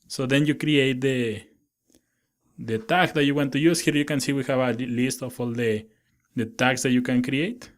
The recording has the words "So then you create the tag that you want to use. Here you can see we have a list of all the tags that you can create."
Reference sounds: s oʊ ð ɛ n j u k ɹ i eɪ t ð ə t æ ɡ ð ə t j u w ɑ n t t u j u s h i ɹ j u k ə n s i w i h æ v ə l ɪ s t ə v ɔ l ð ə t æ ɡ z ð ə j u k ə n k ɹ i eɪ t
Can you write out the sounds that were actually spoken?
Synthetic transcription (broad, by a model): s oʊ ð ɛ n j u k ɹ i eɪ t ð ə t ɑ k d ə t j u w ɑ n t t u j u s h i ɹ j u k ə n s i w i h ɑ b ə l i s t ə f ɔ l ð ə t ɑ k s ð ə j u k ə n k ɹ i eɪ t